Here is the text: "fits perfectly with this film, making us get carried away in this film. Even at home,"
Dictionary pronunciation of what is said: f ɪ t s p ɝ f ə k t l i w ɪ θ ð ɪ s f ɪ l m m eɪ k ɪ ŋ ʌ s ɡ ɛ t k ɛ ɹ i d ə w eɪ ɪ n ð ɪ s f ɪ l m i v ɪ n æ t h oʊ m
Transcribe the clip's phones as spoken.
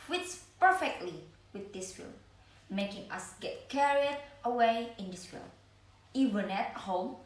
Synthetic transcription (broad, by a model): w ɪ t s p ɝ f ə k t l i w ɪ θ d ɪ s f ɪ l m m eɪ k ɪ ŋ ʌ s ɡ ɛ t k ɛ ɹ i d ə w eɪ ɪ n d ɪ s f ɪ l i v ɪ n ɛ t h oʊ m